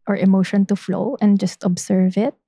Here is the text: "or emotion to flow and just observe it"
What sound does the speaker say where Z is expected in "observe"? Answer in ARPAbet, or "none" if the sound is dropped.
S